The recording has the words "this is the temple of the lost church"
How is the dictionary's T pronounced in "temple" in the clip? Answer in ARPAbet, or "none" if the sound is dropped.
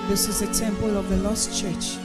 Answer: S